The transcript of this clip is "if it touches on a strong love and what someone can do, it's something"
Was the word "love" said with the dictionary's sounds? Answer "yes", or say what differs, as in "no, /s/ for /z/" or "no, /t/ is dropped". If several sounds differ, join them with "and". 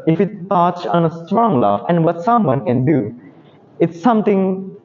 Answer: no, /f/ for /v/